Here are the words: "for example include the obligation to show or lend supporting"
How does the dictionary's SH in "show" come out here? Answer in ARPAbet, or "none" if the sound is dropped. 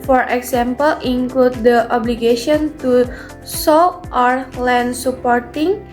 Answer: S